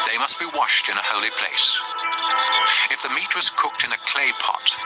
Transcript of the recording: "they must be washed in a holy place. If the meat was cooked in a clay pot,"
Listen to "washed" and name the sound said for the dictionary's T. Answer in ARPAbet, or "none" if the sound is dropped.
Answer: T